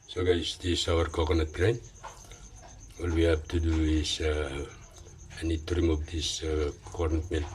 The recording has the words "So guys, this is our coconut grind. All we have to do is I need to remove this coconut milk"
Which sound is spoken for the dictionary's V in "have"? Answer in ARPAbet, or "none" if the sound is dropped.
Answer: B